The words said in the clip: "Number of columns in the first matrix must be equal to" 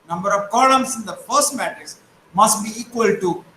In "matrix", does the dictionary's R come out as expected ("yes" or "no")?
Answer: no